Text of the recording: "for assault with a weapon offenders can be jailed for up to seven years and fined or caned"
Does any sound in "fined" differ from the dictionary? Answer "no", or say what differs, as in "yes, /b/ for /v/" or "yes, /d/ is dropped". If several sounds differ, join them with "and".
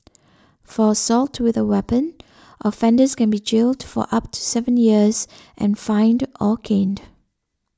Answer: no